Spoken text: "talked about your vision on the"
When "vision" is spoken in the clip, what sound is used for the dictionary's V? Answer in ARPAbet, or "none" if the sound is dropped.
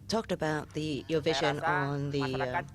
V